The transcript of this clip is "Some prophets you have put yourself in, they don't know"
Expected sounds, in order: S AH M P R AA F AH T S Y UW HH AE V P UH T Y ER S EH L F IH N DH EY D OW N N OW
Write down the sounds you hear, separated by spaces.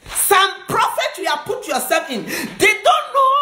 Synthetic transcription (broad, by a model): S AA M P R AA F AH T Y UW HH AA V P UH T Y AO S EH L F IH N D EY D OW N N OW